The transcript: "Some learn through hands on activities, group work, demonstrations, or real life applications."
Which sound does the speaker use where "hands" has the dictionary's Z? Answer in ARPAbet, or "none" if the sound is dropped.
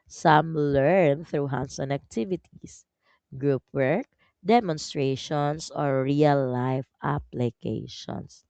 S